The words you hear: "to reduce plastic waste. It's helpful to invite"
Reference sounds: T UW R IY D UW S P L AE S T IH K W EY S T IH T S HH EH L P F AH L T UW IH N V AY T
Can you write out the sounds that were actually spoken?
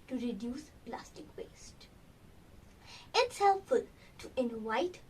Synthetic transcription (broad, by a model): T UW R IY D UW S P L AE S T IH K W EY S T IH T S HH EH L F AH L T UW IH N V AY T